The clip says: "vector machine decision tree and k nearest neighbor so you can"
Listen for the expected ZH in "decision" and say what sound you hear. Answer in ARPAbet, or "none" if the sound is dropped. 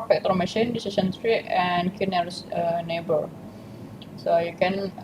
S